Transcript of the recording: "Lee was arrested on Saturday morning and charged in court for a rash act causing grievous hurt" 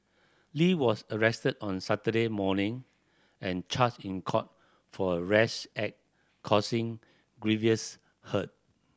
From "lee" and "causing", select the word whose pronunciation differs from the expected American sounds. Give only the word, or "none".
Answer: causing